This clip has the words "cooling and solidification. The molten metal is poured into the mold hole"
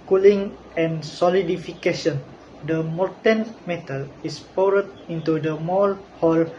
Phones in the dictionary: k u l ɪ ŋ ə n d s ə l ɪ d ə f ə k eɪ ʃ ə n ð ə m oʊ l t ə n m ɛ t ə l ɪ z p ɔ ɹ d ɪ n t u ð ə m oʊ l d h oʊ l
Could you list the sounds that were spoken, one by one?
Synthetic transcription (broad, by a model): k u l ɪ ŋ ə n s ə l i d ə f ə k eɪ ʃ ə n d ə m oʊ t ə n m ɛ t ə l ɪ s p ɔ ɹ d ɪ n t u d ə m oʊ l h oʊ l